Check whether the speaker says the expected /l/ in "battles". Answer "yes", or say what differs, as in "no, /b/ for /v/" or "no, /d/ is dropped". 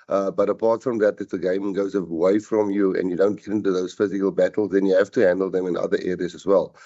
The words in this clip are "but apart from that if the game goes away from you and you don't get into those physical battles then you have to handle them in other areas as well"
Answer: yes